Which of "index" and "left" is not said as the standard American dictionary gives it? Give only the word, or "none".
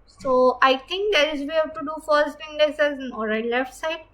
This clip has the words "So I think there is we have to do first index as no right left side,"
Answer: index